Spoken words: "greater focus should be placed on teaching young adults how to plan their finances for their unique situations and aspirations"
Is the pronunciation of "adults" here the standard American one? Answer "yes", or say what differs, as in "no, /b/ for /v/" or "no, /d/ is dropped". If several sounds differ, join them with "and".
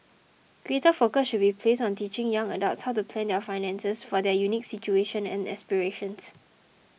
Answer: no, /l/ is dropped